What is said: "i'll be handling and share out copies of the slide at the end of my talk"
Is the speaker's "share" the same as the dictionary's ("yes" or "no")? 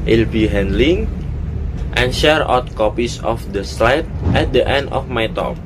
yes